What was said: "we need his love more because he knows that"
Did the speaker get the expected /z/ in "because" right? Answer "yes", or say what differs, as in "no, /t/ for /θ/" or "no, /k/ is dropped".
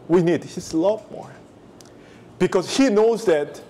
no, /s/ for /z/